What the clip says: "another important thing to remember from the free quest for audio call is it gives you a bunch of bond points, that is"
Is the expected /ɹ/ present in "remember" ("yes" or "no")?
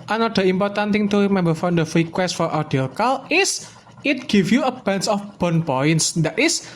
no